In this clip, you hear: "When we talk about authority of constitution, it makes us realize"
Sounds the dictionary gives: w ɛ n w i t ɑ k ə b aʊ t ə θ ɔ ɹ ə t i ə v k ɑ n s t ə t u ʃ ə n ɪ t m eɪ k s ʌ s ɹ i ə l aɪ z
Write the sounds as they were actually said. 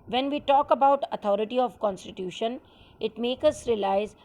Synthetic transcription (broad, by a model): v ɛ n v i t ɑ k ə b aʊ t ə t ɔ ɹ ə t i ə v k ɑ n s t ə t u ʃ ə n ɪ t m eɪ k ʌ s ɹ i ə l aɪ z